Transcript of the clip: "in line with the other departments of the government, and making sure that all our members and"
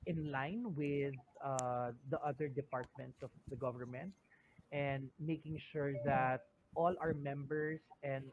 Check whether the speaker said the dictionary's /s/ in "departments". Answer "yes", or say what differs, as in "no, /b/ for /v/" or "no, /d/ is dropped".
yes